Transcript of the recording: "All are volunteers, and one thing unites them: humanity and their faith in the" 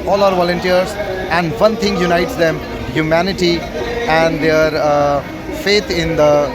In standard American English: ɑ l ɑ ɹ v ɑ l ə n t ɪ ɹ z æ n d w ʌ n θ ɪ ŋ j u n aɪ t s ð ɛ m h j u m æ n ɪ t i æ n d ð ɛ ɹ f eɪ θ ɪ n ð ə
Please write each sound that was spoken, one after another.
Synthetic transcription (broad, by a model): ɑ l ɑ ɹ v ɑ l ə n t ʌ ɹ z æ n d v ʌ n t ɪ ŋ j u n aɪ t s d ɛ m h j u m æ n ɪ t i æ n d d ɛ ɹ f eɪ t ɪ n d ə